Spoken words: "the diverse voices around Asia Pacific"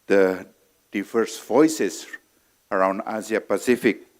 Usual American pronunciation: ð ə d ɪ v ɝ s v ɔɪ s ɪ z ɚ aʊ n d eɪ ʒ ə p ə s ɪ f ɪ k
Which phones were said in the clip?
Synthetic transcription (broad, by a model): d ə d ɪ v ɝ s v ɔɪ s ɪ s ɚ aʊ n d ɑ z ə p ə s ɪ f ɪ k